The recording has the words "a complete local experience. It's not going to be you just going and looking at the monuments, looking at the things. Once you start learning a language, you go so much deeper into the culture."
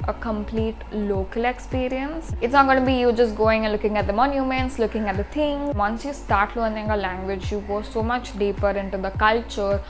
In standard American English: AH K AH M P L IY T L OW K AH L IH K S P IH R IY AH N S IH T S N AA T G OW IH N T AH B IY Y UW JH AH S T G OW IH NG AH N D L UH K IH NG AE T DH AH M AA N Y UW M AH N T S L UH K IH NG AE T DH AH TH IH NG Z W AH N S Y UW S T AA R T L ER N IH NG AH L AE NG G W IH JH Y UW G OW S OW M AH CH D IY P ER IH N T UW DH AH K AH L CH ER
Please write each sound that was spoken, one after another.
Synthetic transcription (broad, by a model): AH K AH M P L IY T L OW K AH L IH K S P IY R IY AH N S IH T S N AA T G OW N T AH B IY Y UW JH AH S T G OW IH NG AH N L UH K IH NG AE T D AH M AA N Y UW M AH N T S L UH K IH NG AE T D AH T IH NG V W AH N S Y UW S T AA R T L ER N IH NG AH L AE NG G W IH JH Y UW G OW S OW M AH CH D IY P ER IH N T UW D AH K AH L CH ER